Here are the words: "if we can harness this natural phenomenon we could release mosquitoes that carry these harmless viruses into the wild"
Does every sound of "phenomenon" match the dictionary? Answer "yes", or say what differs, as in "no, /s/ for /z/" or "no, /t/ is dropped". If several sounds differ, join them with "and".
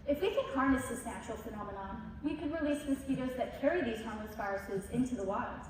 yes